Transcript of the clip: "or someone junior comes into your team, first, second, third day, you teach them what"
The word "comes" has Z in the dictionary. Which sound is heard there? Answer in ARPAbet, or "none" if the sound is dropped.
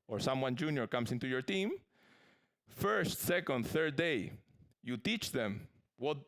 S